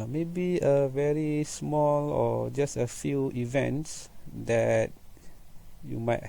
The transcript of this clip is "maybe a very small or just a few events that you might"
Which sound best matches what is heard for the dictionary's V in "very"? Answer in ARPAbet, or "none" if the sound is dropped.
V